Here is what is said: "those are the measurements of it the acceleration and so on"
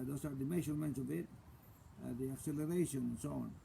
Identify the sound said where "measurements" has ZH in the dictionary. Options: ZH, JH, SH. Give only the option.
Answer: SH